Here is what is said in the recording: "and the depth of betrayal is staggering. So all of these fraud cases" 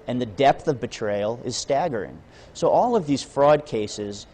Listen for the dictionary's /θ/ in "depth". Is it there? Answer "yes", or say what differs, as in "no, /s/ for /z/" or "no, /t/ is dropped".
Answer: yes